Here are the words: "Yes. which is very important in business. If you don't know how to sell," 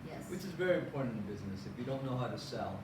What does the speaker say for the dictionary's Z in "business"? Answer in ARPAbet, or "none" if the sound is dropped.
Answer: Z